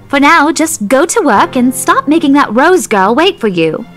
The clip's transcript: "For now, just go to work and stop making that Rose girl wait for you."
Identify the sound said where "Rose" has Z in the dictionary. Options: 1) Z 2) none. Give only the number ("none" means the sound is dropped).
1